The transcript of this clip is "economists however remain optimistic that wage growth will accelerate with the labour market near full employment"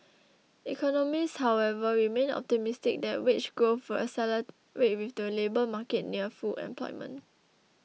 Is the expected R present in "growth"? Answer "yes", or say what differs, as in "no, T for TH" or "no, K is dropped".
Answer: no, R is dropped